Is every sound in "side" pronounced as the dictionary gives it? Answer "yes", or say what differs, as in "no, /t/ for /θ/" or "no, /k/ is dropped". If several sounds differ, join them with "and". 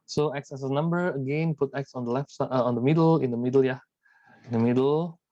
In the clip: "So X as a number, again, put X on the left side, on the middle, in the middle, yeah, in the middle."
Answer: no, /d/ is dropped